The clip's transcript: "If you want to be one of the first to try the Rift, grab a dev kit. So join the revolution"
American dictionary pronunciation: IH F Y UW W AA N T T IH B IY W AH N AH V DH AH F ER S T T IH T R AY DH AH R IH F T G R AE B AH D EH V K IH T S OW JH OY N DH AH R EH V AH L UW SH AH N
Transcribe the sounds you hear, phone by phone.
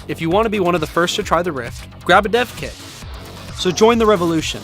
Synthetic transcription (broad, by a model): IH F Y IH W AA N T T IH B IY W AH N AH V DH AH F ER S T T IH T R AY DH AH R IH F T G R AE B AH D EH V K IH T S OW JH OY N DH AH R EH V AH L UW SH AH N